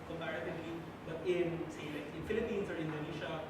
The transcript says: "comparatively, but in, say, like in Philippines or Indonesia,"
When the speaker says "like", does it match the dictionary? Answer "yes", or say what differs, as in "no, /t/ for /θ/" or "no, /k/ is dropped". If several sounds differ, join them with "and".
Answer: no, /k/ is dropped